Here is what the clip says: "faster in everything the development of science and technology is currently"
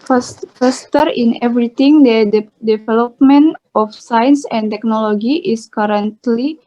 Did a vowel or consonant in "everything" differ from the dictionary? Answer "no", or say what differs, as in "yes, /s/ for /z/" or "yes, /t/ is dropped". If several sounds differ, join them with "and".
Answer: yes, /t/ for /θ/